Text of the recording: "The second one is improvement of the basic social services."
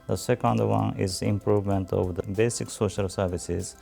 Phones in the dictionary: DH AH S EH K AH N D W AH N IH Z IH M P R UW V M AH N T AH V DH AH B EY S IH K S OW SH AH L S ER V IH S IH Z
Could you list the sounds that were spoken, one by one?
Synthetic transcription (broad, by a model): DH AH S EH K AH N D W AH N IH Z IH M P R UW V M AH N T AH V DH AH B EY S IH K S OW SH AH L S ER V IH S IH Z